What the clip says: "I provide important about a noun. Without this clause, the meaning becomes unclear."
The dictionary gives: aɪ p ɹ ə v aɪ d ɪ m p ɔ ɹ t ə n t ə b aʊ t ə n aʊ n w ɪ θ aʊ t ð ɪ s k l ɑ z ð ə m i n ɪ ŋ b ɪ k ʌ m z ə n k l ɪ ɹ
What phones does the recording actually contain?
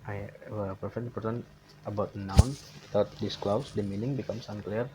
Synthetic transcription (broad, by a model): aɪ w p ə f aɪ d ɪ p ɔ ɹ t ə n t ə b aʊ t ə n aʊ n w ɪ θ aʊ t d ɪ s k l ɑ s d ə m i n ɪ ŋ b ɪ k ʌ m s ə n k l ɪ ɹ